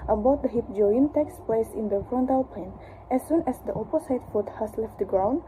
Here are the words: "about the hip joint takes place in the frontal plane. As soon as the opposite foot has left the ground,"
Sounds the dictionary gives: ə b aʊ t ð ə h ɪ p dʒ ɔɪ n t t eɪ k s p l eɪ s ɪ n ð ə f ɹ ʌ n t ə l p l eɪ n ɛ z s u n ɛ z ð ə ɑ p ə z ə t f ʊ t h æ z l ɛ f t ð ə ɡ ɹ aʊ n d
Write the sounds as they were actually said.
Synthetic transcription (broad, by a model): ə b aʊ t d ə h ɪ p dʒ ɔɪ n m t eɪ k s p l eɪ s ɪ n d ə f ɹ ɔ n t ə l p eɪ n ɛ s u n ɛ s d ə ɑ p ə s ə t f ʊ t h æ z l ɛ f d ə ɡ ɹ aʊ n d